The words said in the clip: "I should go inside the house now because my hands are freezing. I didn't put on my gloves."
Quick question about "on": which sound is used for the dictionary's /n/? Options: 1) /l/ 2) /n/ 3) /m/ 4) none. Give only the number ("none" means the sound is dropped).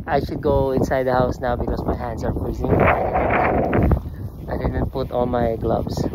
1